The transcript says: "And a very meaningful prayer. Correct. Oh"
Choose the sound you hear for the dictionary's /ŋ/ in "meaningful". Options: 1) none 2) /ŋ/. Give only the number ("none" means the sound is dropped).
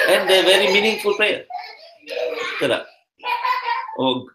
2